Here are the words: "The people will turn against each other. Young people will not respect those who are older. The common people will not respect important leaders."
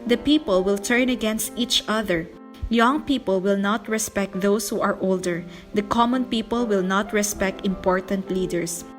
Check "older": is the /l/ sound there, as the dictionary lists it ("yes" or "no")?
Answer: yes